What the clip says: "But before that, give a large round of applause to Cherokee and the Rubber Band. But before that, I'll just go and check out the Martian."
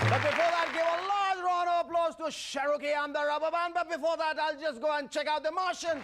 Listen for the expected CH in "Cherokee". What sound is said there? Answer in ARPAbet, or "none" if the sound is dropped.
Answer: SH